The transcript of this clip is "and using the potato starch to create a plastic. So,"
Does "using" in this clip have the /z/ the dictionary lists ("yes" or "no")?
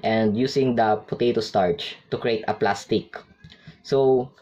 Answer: no